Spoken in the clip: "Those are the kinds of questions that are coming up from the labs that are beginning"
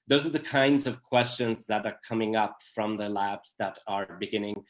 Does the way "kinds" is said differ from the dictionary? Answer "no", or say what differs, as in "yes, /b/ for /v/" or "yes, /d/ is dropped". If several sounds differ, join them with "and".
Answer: no